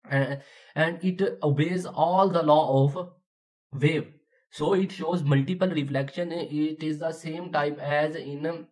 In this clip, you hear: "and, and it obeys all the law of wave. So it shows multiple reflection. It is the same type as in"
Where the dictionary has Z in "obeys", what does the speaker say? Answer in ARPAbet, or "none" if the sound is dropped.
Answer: Z